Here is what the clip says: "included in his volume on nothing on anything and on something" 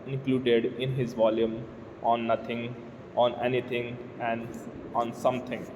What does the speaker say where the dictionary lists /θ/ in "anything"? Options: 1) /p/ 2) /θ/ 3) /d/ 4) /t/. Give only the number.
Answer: 4